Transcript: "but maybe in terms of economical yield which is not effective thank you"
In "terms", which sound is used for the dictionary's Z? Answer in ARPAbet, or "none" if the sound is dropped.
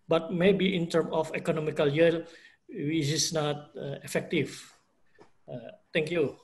none